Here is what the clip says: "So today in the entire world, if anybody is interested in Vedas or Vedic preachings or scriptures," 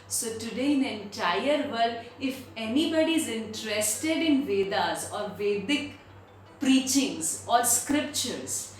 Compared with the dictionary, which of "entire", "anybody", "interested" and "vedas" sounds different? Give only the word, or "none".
none